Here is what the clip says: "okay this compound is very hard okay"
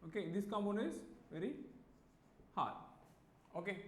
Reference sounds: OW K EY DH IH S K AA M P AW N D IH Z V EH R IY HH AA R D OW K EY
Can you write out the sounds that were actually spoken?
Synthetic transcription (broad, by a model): OW K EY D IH S K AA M AO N IH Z V EH R IY HH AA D OW K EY